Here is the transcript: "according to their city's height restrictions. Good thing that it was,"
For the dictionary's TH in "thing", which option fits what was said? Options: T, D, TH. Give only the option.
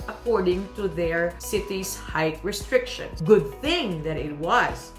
TH